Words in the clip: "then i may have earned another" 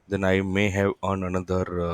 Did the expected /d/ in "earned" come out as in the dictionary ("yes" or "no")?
no